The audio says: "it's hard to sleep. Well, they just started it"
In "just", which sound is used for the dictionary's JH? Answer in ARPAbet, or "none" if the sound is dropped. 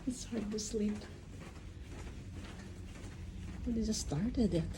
Z